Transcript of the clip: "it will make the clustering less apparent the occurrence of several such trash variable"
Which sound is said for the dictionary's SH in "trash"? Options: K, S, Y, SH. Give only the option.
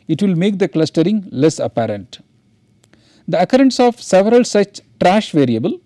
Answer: SH